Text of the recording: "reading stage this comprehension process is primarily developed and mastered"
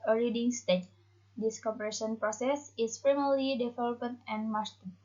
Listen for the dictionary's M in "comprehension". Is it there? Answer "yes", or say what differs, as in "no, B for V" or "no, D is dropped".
no, M is dropped